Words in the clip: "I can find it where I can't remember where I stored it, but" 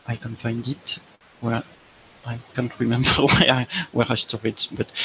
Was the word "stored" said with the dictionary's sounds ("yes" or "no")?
no